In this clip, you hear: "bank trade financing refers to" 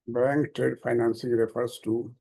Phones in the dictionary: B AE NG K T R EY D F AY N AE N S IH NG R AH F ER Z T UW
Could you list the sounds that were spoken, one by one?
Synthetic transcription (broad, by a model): B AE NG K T EY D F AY N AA N S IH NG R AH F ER S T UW